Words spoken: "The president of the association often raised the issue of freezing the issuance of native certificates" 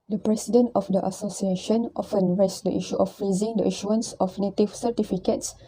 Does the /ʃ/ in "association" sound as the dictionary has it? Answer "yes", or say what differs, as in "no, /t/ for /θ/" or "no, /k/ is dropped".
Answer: yes